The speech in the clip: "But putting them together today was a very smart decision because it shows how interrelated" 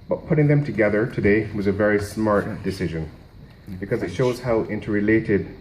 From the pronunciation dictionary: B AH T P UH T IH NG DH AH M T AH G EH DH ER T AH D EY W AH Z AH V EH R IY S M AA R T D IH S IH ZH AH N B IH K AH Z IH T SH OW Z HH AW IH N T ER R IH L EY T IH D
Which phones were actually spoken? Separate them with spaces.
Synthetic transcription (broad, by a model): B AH T P UH T IH NG DH AH M T AH G EH DH ER T AH D EY W AH Z AH V EH R IY S M AA R T D IH S IH ZH AH N B IH K AH Z IH T SH OW Z HH AW IH N T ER R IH L EY T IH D